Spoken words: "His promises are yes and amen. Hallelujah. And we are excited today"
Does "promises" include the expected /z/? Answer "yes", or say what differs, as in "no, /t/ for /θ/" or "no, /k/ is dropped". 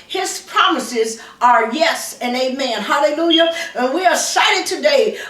yes